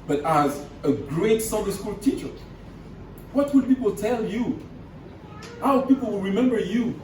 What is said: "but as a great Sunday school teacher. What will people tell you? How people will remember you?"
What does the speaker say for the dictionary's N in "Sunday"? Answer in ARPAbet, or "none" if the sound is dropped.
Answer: none